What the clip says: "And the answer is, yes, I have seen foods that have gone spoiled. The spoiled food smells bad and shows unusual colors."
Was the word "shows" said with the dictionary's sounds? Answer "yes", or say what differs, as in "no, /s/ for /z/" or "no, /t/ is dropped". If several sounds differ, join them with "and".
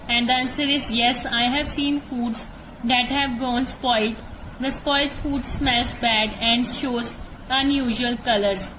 yes